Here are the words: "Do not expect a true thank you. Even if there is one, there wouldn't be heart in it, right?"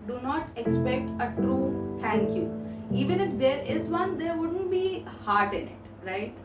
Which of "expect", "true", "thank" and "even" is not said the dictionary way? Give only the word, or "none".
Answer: thank